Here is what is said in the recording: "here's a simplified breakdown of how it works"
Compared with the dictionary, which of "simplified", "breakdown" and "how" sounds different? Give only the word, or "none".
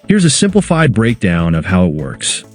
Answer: none